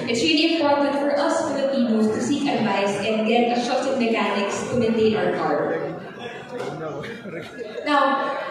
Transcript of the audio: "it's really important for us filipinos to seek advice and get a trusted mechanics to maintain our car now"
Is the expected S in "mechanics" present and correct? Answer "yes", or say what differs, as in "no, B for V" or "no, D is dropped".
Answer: yes